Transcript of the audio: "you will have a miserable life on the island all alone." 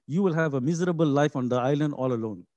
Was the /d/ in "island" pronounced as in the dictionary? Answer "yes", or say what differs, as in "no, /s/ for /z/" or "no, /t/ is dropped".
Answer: yes